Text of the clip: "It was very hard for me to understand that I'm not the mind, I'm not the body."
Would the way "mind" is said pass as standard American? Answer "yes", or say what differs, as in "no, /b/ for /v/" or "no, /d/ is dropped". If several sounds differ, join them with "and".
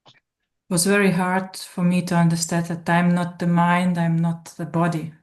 yes